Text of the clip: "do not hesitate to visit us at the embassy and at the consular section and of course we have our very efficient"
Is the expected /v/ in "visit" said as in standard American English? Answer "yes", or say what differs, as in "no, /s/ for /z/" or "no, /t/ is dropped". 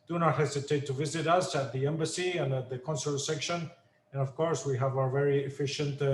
yes